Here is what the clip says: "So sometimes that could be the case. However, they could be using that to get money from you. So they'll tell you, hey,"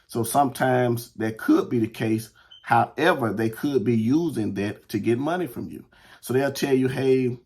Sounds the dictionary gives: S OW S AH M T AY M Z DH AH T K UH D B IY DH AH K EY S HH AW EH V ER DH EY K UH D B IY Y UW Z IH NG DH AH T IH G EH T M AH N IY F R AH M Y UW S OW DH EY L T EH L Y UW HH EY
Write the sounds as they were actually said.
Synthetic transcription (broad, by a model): S OW S AH M T AY M Z DH AH T K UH D B IY DH AH K EY S HH AW EH V ER DH EY K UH D B IY Y UW Z IH NG DH AH T IH G EH T M AH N IY F R AH M Y UW S OW DH EY L T EH L Y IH HH EY